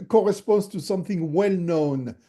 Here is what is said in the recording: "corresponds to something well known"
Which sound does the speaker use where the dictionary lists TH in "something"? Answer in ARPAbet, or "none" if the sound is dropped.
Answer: TH